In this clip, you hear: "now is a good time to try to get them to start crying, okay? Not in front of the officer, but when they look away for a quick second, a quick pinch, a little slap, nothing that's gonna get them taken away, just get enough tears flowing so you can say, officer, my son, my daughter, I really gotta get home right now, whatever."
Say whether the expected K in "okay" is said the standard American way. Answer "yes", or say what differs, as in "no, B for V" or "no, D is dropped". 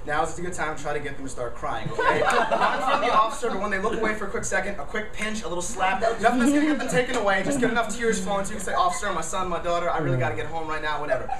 no, K is dropped